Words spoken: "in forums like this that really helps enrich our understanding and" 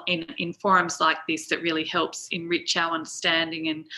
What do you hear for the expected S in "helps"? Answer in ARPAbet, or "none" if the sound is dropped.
S